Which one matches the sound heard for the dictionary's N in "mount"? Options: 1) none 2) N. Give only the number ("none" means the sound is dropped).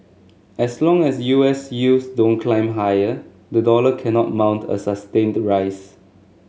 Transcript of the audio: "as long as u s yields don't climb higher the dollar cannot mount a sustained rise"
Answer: 2